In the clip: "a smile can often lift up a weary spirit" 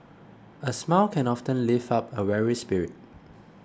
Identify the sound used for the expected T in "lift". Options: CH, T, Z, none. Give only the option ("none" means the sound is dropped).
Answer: none